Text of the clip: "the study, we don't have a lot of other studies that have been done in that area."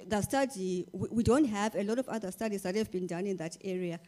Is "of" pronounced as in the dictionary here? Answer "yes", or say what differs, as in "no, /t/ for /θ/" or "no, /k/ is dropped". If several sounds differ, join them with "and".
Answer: yes